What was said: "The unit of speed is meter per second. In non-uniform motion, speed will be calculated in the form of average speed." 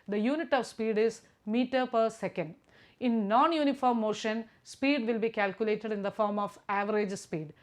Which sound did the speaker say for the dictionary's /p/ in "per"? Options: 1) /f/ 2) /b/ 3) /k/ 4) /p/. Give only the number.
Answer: 4